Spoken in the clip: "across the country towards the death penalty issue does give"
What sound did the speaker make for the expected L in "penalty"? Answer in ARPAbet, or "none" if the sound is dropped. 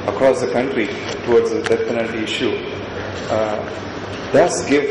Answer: N